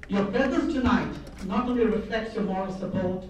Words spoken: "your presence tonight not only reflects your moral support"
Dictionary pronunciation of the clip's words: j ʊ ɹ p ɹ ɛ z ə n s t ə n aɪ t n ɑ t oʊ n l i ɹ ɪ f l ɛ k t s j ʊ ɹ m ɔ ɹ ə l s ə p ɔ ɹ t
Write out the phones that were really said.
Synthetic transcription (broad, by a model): j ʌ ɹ b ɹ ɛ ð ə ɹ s t ə n aɪ t n ɑ t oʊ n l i ɹ ɪ f l ɛ k t s j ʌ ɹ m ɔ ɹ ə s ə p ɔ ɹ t